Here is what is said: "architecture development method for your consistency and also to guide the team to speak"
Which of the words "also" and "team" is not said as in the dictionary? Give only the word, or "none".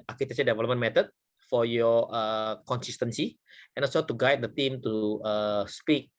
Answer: also